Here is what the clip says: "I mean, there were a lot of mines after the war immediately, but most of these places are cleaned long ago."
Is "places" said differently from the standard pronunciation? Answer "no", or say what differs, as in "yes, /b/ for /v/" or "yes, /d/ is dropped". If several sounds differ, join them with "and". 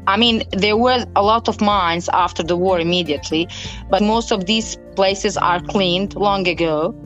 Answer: no